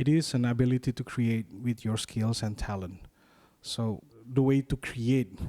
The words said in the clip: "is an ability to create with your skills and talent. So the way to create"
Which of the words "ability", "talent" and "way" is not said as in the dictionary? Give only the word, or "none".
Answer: none